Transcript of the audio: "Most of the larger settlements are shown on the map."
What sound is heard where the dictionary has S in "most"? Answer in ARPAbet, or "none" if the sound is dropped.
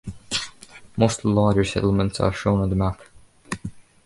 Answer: none